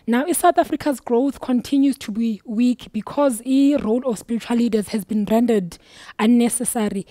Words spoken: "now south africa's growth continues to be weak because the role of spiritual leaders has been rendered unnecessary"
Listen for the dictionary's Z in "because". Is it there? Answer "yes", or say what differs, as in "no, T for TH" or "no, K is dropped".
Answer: yes